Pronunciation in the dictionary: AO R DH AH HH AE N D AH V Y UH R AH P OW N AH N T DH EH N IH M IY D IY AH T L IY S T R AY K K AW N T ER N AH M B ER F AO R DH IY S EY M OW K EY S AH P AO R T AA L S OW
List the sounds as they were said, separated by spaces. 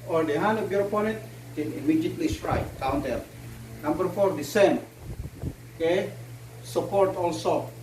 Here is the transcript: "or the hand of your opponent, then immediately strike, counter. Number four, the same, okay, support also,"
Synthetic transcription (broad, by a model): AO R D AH HH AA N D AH B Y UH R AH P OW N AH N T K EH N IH M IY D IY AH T L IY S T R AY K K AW N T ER N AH M B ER F AO R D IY S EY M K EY S AH P AO R T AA L S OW